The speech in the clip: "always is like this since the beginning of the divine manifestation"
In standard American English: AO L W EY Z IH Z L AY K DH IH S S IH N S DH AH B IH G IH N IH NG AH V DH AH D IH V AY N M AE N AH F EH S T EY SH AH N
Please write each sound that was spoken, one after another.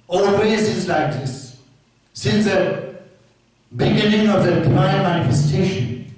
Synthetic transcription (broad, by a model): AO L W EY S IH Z L AY K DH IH S S IH N S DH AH B IH G IH N IH NG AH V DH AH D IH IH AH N M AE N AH F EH S T EY SH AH N